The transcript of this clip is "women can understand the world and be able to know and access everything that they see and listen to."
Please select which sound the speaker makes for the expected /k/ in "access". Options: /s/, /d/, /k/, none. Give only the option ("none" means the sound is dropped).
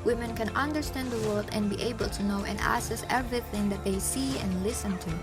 none